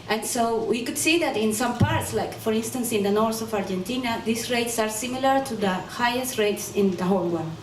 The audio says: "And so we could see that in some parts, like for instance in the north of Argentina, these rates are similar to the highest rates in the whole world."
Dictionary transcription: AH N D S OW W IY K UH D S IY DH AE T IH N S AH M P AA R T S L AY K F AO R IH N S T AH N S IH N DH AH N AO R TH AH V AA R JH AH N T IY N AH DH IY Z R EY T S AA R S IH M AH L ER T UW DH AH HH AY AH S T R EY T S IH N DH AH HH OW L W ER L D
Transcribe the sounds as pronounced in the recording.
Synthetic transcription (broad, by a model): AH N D S OW W IY K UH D S IY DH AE T IH N S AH M P AA R T S L AY K F AO R IH N S T AH N S IH N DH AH N AO R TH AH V AA R JH AH N T IY N AH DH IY S R EY T S AA R S IH M AH L ER T UW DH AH HH AY AH S T R EY T S IH N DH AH HH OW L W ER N